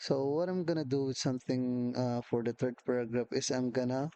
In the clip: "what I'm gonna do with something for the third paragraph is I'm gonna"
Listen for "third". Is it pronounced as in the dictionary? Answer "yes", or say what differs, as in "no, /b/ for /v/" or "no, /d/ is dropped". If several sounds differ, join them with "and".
no, /t/ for /θ/